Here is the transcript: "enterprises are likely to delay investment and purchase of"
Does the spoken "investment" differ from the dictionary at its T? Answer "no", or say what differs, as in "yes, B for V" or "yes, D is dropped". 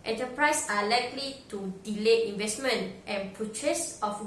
no